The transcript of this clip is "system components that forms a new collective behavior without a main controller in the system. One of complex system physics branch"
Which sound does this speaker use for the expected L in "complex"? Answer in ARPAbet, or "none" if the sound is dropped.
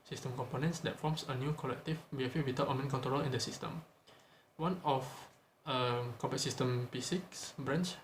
none